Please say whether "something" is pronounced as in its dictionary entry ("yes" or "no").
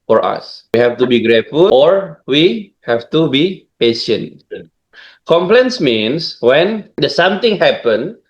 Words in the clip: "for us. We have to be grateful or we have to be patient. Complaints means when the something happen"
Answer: no